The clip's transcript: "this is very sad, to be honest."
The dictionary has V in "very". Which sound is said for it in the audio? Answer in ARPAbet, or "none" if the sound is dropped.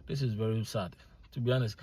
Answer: V